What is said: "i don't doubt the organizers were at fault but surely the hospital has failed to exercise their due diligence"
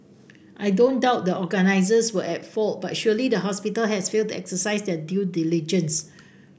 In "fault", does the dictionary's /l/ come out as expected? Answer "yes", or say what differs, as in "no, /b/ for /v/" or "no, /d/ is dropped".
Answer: yes